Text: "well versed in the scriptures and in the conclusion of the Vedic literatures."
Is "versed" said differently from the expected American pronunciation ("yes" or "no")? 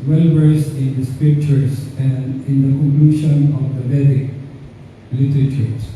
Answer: yes